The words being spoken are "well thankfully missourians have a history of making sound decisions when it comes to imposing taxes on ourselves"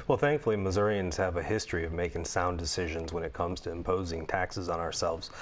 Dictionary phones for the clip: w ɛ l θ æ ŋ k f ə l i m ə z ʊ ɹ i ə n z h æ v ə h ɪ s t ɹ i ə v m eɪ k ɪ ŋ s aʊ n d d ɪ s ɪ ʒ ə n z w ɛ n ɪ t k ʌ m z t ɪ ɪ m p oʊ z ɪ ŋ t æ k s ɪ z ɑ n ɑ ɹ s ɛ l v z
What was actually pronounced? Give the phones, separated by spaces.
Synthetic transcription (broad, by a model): w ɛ l θ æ ŋ k f l i m ə z ʊ ɹ i ə n z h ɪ v ə h ɪ s t ɹ i ə v m eɪ k ɪ ŋ s aʊ n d d ɪ s ɪ ʒ ə n z w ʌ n ɪ t k ʌ m z t ɪ ɪ m p oʊ z ɪ ŋ t æ k s ɪ z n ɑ ɹ s ɛ l v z